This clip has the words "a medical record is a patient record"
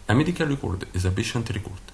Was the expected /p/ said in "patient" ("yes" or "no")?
no